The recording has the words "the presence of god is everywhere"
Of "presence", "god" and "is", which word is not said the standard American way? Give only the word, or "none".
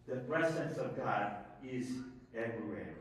none